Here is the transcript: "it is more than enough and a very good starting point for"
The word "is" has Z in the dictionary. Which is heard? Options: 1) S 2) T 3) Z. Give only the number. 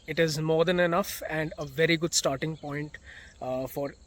3